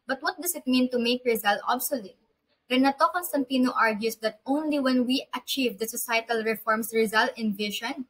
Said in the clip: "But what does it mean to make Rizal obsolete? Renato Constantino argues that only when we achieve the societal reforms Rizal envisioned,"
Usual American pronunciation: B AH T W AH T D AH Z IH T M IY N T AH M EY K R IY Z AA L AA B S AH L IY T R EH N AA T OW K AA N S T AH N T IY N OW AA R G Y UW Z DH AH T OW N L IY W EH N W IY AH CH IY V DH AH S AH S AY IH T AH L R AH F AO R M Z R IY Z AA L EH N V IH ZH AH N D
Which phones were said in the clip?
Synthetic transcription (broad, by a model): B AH T W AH T D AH S IH T M IY N T AH M EY K R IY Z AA L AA B S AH L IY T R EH N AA T OW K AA N S T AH N T IY N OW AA R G Y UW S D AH T OW N L IY W EH N W IY AH CH IY V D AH S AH S AY T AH L R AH F AO R M S R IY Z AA L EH N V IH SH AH N